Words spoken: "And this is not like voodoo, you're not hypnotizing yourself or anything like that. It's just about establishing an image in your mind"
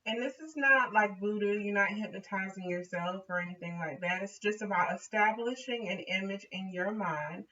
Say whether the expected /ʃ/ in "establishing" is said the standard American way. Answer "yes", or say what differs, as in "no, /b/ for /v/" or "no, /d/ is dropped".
yes